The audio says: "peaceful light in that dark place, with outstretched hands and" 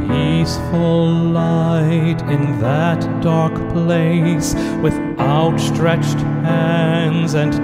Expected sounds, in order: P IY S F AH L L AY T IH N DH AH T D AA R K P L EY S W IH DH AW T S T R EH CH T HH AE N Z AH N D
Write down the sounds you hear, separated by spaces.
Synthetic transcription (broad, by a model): IY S F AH L L AY T IH N DH AH T D AA R K P L EY S W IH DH AW T S T R EH CH T HH AE N Z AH N